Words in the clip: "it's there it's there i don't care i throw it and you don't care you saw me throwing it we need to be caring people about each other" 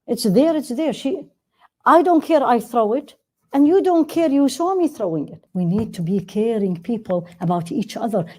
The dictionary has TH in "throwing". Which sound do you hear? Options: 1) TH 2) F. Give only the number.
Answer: 1